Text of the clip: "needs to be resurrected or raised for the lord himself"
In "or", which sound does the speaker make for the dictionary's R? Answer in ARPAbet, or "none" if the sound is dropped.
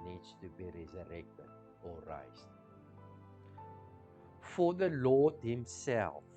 R